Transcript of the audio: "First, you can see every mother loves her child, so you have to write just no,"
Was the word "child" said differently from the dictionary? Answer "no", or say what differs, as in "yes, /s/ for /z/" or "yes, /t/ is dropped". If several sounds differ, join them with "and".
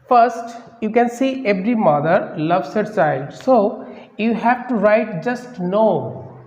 yes, /l/ is dropped